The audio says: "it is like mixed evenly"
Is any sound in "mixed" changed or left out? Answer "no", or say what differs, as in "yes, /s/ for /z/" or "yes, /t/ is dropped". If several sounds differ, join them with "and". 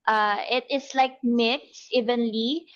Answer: yes, /t/ is dropped